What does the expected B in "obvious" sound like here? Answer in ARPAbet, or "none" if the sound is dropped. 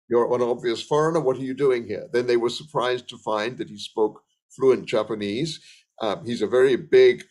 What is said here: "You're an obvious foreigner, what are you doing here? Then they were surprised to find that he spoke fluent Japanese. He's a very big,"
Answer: B